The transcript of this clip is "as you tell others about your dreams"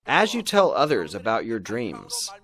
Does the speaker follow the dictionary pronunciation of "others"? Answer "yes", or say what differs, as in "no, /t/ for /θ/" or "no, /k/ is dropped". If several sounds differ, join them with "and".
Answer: yes